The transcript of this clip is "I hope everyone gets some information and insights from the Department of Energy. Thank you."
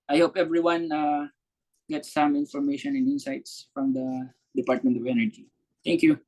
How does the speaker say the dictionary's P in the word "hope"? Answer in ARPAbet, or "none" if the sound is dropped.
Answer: P